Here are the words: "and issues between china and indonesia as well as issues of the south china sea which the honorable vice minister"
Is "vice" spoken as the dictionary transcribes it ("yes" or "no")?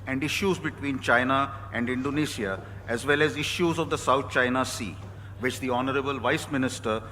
yes